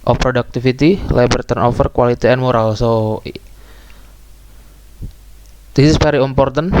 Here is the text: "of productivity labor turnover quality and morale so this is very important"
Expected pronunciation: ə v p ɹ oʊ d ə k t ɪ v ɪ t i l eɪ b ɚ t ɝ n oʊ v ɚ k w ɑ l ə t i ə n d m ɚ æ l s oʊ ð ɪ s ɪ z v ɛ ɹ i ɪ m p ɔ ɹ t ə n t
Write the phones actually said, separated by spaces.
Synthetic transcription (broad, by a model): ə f p ɹ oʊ d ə k t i f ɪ t i l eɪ b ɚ t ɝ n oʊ f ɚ k w ɑ l ə t i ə n m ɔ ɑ l s oʊ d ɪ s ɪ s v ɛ ɹ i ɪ m p ɔ ɹ t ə n